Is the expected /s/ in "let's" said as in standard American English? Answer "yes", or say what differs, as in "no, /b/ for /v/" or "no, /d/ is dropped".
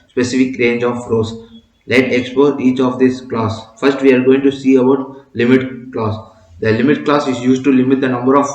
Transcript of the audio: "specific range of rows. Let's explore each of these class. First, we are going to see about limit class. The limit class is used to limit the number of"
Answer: no, /s/ is dropped